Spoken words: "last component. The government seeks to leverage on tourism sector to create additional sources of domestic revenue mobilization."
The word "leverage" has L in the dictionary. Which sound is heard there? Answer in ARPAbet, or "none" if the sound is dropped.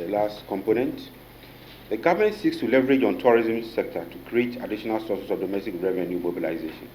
L